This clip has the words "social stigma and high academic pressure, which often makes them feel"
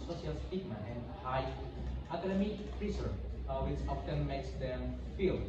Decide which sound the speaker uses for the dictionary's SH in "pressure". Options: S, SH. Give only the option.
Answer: S